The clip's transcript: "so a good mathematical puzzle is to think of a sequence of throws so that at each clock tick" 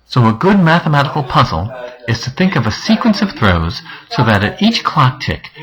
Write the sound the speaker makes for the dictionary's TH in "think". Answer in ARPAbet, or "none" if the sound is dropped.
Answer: TH